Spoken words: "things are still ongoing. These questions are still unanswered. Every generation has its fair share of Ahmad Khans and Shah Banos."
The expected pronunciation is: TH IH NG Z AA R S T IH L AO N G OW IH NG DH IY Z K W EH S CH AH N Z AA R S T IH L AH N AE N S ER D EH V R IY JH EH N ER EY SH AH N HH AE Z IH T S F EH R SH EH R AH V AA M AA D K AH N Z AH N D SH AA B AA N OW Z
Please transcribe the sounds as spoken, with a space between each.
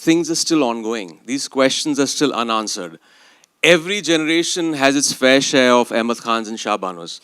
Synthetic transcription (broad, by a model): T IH NG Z AA R S T IH L AO N G OW IH NG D IY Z K W EH S CH AH N Z AA R S T IH L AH N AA N S ER D EH V R IY JH EH N ER EY SH AH N HH AE Z IH T S F EH R SH EH R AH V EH M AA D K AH N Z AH N SH AA B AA N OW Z